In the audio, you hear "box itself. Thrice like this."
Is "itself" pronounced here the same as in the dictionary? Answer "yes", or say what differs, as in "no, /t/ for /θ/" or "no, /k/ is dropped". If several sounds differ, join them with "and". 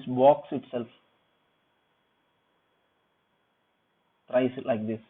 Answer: yes